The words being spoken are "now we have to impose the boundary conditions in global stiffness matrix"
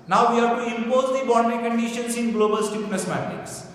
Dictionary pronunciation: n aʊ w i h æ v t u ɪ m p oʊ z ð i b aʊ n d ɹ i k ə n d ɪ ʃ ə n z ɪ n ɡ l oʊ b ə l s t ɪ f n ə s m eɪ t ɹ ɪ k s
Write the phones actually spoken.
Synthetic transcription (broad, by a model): n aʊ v i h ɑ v t u ɪ m p oʊ z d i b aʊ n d i k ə n d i ʃ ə n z ɪ n ɡ l oʊ b ə l s t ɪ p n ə s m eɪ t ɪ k s